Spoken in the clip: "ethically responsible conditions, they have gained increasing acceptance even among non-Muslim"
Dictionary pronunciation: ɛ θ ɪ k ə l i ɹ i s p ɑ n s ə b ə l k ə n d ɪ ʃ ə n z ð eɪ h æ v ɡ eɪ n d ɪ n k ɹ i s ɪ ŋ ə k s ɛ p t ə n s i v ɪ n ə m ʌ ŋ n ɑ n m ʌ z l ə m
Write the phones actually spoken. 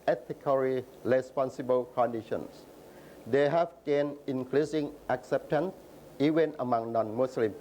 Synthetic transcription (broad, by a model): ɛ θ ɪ k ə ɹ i ɹ i s p ɑ n s ə b ə l k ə n d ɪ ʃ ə n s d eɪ h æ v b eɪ n ɪ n k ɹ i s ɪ ŋ ə k s ɛ p t ə n s i v ɪ n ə m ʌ ŋ n ɑ n m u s l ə m